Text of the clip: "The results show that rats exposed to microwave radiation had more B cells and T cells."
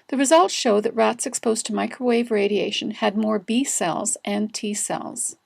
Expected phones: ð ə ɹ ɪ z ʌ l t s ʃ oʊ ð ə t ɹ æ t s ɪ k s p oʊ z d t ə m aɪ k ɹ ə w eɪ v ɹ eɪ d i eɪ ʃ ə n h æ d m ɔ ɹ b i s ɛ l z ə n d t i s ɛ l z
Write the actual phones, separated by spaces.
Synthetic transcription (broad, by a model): ð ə ɹ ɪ z ʌ l t ʃ oʊ ð ə t ɹ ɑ t s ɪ k s p oʊ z t ə m aɪ k ɹ ə w eɪ v ɹ eɪ d i eɪ ʃ ə n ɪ d m ɔ ɹ b i s ɛ l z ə n t i s ɛ l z